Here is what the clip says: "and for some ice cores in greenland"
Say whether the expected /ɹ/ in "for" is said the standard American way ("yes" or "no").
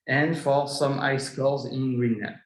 no